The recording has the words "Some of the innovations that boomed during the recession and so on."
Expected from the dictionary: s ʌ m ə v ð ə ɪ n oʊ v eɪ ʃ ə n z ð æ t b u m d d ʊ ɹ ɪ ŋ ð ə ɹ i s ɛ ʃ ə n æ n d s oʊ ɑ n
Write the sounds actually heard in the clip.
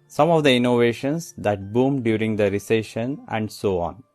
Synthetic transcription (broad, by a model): s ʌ m ə v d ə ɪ n oʊ v eɪ ʃ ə n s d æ t b u m d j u ɹ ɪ ŋ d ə ɹ i s ɛ ʃ ə n æ n d s oʊ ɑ n